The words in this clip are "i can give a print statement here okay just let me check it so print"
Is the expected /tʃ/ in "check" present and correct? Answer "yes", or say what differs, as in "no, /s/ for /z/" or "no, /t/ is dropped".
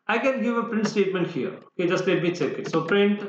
no, /s/ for /tʃ/